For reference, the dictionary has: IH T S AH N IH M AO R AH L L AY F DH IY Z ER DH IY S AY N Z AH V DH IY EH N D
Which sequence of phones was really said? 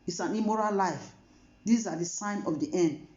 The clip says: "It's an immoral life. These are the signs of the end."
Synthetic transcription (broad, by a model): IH T S AH N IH M AO R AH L L AY F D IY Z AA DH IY S AY N AH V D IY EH N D